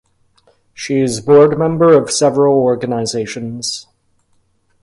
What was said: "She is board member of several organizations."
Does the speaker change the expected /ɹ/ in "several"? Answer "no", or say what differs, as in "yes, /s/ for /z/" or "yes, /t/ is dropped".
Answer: no